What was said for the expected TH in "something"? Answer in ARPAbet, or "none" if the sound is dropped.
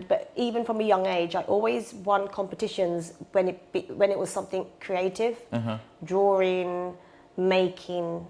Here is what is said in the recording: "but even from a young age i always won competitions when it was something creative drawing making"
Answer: TH